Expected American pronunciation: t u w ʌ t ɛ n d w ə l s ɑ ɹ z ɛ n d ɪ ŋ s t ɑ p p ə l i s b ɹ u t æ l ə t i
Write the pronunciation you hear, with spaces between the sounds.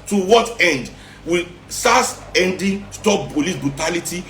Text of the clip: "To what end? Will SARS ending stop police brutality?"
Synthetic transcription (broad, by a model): t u w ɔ t ɛ n d w ə l s ɑ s ɛ n d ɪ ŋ s t ɑ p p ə l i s b ɹ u t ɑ l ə t i